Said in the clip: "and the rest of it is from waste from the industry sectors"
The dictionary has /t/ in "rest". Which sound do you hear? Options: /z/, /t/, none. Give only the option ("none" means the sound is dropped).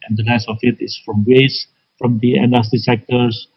none